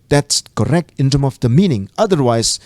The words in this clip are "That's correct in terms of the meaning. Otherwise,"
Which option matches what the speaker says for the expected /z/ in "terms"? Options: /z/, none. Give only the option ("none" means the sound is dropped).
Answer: none